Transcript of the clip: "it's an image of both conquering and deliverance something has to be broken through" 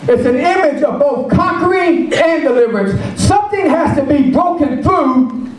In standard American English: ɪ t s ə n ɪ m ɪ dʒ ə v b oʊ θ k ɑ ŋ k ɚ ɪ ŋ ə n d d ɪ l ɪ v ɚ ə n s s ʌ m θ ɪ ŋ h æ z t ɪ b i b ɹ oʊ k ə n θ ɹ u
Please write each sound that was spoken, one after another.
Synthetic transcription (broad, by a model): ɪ t s ə n ɪ m ɪ dʒ ə v b oʊ θ k ɑ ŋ k ɚ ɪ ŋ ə n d d ɪ l ɪ v ɚ ə n s s ʌ m θ ɪ ŋ h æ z t ɪ b i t oʊ k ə n θ ɹ u